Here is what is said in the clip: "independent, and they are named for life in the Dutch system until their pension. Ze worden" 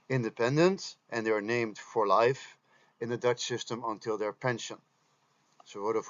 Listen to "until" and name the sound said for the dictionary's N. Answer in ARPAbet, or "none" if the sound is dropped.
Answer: N